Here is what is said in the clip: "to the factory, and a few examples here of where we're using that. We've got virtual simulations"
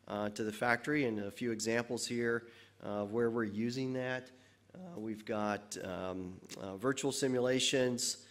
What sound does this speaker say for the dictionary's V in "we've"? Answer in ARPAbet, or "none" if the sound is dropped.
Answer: V